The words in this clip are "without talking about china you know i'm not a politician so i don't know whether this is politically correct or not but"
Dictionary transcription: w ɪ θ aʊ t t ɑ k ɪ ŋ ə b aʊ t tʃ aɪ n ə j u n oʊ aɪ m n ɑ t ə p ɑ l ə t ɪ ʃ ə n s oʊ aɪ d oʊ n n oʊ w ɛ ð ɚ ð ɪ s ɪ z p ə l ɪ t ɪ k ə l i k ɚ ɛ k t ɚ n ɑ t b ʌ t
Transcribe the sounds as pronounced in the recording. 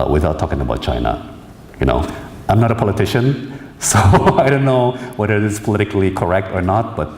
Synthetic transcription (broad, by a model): w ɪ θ aʊ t t ɑ k ɪ ŋ ə b aʊ t tʃ aɪ n ə j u n oʊ aɪ m n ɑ t ə p ɑ l ə t ɪ ʃ ə n s oʊ aɪ d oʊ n n oʊ w ɛ ð ɚ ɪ ɪ s p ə l ɪ t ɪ k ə l i k ɚ ɛ k t ɚ n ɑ t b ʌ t